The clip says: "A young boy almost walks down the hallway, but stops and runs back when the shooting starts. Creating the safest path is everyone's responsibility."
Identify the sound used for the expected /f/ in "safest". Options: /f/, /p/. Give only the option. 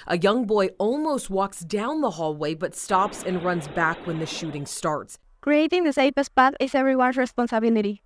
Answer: /p/